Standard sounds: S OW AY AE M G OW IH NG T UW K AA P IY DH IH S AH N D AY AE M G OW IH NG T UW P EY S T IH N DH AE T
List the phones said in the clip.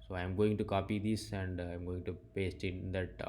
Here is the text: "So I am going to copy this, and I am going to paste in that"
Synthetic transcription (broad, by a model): S OW AY M G OW IH NG T UW K AA P IY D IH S AH N D AY M G OW IH NG T UW P EY S T IH N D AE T